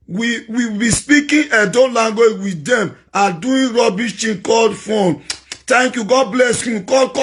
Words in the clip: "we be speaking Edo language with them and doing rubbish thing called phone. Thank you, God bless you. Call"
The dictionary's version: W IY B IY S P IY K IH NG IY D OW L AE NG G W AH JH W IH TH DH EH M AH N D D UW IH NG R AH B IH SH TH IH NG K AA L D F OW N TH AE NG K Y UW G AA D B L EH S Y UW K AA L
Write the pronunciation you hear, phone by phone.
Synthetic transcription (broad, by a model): W IY B IY S P IY K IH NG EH D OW L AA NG G W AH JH W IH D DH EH M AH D D UW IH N R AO B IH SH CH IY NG K AA L D F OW N T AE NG K Y UW G AA D B L EH S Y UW K AA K